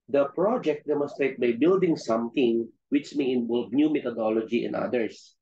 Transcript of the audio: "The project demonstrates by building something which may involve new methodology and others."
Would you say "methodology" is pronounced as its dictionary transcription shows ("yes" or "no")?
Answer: no